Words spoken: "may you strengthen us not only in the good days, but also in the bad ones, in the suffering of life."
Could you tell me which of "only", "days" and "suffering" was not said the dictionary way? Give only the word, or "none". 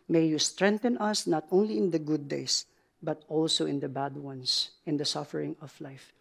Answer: days